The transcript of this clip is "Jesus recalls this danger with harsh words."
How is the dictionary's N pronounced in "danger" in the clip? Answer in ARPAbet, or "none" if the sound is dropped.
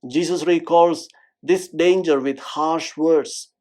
N